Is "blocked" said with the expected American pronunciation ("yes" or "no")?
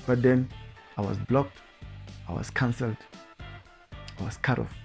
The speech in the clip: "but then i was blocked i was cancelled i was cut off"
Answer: yes